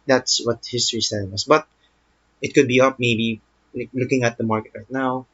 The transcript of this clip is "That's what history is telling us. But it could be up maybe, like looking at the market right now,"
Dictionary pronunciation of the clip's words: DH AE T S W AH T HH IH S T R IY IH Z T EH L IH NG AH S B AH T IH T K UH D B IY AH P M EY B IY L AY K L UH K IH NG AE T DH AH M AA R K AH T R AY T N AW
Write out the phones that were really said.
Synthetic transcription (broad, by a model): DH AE T S W AH T HH IH S T R IY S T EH N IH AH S B AH T IH T K UH D B IY AH P M EY B IY L AY K L UH K IH NG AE T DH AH M AA R K AH T R AY T N AW